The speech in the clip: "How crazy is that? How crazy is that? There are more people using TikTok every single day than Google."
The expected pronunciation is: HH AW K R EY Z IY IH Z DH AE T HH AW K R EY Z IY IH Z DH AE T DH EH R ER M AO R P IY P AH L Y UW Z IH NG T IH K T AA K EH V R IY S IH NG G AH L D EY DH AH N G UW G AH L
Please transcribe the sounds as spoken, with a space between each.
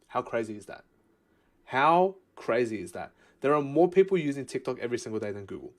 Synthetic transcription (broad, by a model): HH AW K R EY Z IY IH Z DH AE T HH AW K R EY Z IY IH Z DH AE T DH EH R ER M AO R P IY P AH L Y UW Z IH NG T IH K T AA K EH V R IY S IH NG G AH L D EY DH AH N G UW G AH L